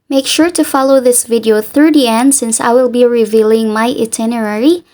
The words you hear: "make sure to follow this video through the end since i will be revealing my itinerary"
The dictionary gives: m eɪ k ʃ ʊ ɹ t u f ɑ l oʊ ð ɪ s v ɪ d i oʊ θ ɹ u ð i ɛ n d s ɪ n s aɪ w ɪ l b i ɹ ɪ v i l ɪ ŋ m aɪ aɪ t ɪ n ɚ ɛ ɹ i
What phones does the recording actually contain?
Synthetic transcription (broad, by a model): m eɪ k ʃ ʊ ɹ t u f ɑ l oʊ ð ɪ s v ɪ d i oʊ θ ɹ u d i ɛ n d s ɪ n s aɪ w ɪ l b i ɹ ɪ v i l ɪ ŋ m aɪ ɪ t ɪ n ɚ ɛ ɹ i